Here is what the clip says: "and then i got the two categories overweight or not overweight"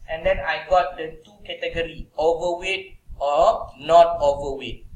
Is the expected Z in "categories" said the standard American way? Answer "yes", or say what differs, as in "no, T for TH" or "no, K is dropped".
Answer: no, Z is dropped